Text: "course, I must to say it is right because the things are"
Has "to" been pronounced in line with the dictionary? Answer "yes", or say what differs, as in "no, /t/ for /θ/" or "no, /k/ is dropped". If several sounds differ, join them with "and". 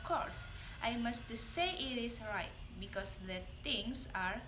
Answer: no, /s/ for /t/